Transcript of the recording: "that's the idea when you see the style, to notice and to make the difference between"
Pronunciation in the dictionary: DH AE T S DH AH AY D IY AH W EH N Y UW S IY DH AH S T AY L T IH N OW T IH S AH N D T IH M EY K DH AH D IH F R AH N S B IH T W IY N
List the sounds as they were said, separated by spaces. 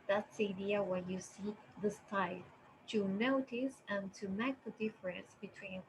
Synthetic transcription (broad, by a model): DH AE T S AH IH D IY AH W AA Y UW S IY DH AH S T AY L T IH N OW T IH S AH N T IH M EY K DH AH D IH F R AH N S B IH T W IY N